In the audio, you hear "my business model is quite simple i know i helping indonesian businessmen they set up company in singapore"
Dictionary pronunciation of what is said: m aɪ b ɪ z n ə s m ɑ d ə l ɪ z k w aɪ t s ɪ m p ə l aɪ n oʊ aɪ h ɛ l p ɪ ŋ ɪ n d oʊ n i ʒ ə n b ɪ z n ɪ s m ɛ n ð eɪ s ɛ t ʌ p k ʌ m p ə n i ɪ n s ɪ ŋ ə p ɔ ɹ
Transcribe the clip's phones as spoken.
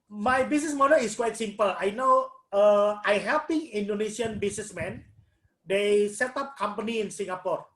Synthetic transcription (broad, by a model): m aɪ b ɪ s n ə s m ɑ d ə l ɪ s k w aɪ t s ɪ m p ə l aɪ n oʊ aɪ h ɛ p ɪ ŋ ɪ n d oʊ n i s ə n b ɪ s n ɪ s m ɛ n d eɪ s ɛ t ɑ p k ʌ m p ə n i ɪ n s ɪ ŋ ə p ɔ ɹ